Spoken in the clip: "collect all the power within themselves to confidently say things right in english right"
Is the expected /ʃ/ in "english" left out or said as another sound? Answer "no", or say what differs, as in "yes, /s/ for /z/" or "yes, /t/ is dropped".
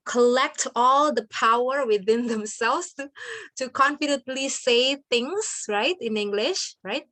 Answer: no